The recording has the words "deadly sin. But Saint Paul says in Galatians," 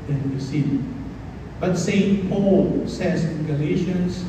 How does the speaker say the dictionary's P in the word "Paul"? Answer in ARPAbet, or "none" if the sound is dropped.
P